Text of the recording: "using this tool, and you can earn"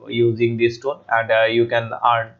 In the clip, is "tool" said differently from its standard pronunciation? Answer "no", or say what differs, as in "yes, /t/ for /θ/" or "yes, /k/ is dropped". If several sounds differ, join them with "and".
yes, /n/ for /l/